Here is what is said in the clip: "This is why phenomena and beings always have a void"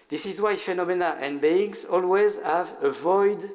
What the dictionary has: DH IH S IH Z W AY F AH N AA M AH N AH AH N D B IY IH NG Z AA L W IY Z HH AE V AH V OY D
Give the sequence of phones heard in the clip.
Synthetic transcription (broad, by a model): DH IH S IH Z W AY F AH N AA M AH N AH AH N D B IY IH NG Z AA L W IY Z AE V AH V OY D